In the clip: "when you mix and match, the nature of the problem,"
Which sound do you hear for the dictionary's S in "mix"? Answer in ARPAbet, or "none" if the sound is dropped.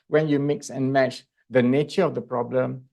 S